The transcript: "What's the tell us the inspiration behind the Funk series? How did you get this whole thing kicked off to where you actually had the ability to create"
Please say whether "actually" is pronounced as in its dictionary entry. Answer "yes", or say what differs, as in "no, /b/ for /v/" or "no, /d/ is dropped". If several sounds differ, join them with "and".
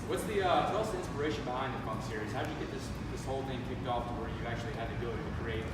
no, /l/ is dropped